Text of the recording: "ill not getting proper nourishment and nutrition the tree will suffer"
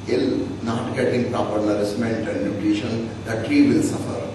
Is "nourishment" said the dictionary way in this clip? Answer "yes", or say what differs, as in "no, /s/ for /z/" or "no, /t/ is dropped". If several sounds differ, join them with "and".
no, /s/ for /ʃ/